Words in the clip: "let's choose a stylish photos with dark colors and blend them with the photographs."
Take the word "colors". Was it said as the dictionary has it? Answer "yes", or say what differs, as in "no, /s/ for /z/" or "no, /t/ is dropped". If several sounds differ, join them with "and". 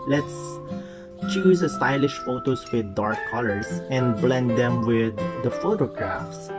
no, /s/ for /z/